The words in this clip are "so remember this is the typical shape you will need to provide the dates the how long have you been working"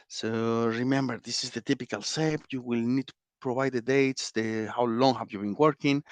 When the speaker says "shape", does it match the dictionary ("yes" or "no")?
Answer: no